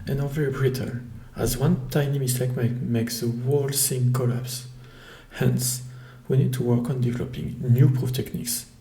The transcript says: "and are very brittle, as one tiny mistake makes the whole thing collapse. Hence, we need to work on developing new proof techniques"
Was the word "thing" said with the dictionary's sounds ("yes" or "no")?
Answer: no